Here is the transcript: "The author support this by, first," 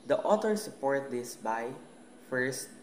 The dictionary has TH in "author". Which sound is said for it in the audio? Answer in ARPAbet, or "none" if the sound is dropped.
T